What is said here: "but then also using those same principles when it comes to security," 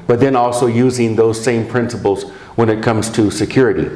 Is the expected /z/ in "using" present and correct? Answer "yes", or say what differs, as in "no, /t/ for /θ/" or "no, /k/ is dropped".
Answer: yes